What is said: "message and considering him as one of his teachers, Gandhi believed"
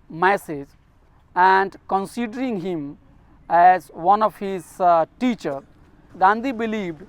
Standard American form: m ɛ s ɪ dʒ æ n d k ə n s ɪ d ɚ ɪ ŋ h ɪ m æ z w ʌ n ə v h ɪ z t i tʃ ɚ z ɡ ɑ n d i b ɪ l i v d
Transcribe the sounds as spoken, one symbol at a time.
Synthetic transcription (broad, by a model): m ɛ s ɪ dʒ æ n d k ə n s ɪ d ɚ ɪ ŋ h ɪ m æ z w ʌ n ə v h ɪ z t i tʃ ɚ ɡ ɑ n d i b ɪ l i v d